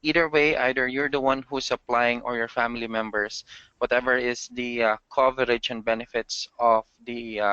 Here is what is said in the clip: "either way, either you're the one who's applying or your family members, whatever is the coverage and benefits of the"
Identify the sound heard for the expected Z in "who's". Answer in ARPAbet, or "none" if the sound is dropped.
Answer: S